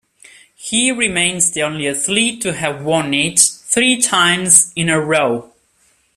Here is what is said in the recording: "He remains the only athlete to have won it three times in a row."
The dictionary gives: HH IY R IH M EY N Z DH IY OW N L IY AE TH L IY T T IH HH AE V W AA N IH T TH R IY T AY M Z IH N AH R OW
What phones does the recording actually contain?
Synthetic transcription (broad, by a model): HH IY R IH M EY N Z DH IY OW N L IY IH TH L IY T T IH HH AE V W AA N IH T TH R IY T AY M Z IH N AH R OW